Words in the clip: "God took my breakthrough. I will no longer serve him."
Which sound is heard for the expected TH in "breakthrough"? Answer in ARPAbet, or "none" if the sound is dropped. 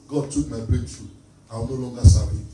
F